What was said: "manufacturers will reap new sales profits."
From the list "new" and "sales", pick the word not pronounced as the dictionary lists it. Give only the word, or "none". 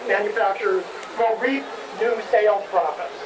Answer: sales